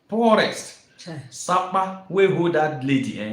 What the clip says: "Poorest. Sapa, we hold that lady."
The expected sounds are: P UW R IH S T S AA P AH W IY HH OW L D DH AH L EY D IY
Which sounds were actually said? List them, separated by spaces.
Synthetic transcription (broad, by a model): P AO R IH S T S AA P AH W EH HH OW D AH L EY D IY